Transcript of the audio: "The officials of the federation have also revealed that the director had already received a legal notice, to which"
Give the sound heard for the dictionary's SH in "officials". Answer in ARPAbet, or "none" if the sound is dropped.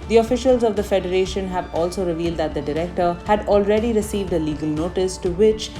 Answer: SH